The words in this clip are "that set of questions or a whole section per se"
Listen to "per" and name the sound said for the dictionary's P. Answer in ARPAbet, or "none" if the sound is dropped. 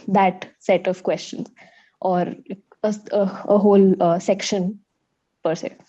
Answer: P